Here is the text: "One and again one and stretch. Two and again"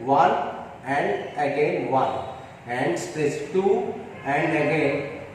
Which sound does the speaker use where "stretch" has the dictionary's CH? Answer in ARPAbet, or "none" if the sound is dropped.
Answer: S